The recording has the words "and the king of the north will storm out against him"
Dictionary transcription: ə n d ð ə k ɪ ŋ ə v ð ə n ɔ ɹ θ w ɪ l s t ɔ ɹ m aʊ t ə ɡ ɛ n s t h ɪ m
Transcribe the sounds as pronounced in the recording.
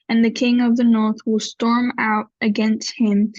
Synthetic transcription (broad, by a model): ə n ð ə k ɪ ŋ ə v ð ə n ɔ ɹ θ w ɪ l s t ɔ ɹ m aʊ t ə ɡ ɛ n s t h ɪ m